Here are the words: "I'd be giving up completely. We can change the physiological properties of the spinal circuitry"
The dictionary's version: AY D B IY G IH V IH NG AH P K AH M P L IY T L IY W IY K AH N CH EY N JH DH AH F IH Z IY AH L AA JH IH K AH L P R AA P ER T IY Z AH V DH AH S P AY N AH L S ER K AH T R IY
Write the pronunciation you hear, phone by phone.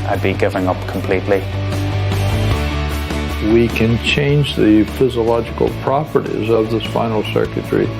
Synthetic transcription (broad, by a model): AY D B IY G IH V IH NG AH P K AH M P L IY T L IY W IY K AH N CH EY N JH DH AH F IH Z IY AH L AA JH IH K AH L P R AA P ER T IY Z AH V DH AH S F AY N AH L S ER K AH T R IY